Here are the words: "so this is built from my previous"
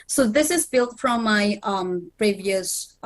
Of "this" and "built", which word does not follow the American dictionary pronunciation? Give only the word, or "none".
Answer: none